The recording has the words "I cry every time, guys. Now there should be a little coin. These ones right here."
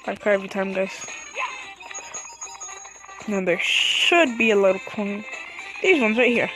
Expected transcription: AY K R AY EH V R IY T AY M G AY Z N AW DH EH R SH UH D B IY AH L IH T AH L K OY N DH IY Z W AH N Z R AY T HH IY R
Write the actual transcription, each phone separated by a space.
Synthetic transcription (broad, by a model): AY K AY EH V R IY T AY M G AY Z N AW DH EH R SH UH D B IY AH L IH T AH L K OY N DH IY Z W AH N Z R AY T HH IY R